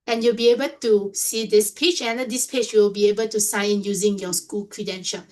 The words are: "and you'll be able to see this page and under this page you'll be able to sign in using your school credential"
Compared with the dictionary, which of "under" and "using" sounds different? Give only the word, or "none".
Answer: under